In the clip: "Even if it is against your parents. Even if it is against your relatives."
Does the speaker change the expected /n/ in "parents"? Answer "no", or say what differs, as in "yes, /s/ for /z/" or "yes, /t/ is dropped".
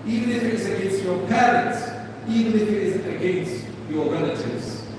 yes, /n/ is dropped